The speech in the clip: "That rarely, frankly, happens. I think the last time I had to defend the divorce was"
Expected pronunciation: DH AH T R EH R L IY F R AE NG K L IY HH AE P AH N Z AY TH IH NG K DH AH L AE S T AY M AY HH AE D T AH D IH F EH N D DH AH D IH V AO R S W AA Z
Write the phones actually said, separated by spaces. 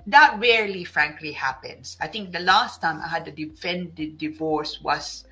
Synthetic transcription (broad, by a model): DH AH T R EH R L IY F R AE NG K L IY HH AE P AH N S AY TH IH NG K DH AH L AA S T AY M AY HH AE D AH D IH F EH N D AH D IH V AO R S W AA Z